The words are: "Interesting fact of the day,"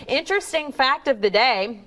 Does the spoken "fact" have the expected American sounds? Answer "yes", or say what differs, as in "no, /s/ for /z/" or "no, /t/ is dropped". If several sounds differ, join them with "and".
yes